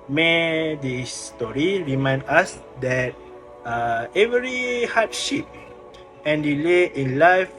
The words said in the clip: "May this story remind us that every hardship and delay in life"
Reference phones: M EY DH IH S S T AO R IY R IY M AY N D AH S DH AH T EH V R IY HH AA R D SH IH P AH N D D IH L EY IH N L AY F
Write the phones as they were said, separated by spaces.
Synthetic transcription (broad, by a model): M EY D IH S S T AO R IY R IY M AY N D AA S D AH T EH V R IY HH AA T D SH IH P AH N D D IH L EY IH N L AY F